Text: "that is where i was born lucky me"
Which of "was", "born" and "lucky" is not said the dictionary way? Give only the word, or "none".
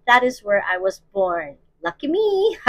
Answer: none